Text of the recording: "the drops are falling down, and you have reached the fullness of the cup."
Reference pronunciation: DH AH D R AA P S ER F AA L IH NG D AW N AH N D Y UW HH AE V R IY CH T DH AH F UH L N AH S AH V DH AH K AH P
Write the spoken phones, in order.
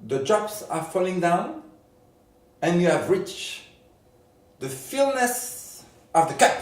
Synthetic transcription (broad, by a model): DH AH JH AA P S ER F AA L IH NG D AW N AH N Y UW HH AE V R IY CH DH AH F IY L N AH S AH V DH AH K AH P